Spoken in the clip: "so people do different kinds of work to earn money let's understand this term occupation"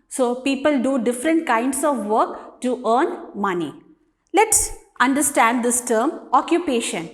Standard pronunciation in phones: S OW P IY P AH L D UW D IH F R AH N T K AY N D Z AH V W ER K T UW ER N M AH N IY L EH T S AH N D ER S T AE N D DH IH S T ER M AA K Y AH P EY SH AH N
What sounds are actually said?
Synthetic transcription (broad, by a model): S OW P IY P AH L D UW D IH F R AH N T K AY N D S AH V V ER K T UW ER N M AH N IY L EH T S AH N D ER S T AE N D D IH S T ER M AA K Y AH P EY SH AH N